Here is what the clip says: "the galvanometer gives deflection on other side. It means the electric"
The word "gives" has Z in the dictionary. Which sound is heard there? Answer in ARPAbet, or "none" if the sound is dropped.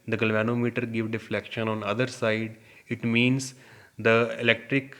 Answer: none